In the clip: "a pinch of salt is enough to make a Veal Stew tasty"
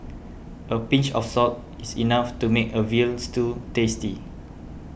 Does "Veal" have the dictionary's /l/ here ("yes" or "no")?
yes